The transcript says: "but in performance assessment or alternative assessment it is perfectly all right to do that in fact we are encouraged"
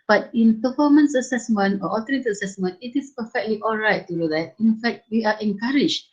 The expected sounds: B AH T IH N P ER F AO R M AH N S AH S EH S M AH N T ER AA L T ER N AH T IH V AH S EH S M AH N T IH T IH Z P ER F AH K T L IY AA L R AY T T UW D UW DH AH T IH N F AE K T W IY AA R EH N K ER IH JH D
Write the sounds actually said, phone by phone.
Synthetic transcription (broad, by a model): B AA T IH N P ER F AO M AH N S AH S EH S M AH N T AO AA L T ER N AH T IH AH S EH S M AH N T IH T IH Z P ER F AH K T L IY AA L R AY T T UW D UW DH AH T IH N F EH K T W IY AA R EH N K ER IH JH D